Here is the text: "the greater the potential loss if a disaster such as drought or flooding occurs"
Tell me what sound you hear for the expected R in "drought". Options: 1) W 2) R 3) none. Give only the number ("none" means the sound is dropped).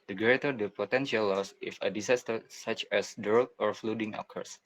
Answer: 3